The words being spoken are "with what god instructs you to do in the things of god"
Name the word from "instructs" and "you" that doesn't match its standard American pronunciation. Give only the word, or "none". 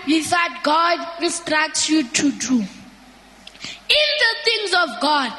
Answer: instructs